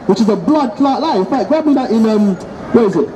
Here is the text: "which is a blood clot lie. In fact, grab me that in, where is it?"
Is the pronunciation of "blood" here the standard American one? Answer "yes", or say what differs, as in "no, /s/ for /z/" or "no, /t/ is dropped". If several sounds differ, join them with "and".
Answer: yes